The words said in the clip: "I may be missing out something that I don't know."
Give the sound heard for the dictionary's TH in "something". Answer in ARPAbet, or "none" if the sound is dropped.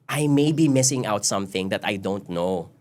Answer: TH